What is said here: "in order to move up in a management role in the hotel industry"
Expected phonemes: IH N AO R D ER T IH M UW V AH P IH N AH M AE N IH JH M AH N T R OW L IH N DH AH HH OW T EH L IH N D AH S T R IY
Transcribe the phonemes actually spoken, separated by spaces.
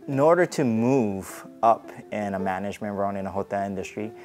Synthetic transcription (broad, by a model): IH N AO R D ER T IH M UW V AH P IH N AH M AE N IH JH M AH N T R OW N IH N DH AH HH OW T EH L IH N D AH S T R IY